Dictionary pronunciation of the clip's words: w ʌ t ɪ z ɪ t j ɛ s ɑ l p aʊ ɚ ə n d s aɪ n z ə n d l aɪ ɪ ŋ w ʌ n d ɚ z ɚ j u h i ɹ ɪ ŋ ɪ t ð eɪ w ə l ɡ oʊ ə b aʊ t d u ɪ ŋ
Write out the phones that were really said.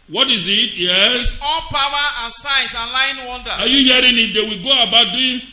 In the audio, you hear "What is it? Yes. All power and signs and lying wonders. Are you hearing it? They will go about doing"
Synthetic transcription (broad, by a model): w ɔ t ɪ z ɪ t j ɛ s ɑ l p aʊ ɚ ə n s aɪ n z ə l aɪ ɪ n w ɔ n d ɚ ɑ j u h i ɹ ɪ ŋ ɪ t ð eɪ w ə ɡ oʊ ə b aʊ t d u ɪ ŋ